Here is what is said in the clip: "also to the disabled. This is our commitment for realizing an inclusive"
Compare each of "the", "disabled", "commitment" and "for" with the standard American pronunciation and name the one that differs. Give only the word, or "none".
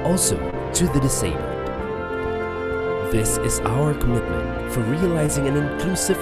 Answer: disabled